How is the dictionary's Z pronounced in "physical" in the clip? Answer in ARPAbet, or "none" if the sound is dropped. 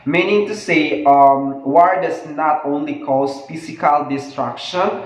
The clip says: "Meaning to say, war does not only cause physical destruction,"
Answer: S